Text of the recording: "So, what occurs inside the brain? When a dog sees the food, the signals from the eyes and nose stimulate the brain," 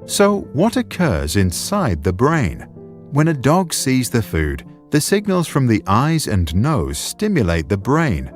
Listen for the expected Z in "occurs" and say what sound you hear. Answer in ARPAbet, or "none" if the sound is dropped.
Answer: Z